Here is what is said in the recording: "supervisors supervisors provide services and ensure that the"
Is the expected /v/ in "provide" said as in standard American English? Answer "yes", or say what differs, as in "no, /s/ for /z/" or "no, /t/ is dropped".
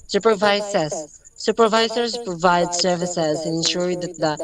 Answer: yes